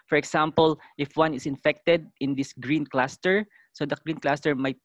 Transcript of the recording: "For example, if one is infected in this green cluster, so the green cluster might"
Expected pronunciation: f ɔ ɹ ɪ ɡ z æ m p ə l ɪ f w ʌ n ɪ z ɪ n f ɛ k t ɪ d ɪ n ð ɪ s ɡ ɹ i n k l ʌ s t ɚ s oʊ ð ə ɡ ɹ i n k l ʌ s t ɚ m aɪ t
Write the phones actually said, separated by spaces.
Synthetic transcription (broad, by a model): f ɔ ɹ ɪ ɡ s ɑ m p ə l ɪ f w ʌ n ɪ s ɪ n f ɛ k t ɪ d ɪ n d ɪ s ɡ ɹ i n k l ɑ s t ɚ s oʊ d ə ɡ ɹ i n k l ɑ s t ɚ m aɪ t